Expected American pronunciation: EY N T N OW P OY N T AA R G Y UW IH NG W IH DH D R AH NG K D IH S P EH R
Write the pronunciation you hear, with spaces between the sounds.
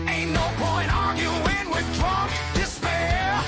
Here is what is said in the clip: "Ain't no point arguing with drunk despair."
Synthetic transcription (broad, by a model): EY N N OW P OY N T AA R G Y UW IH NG W IH DH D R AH K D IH S P EH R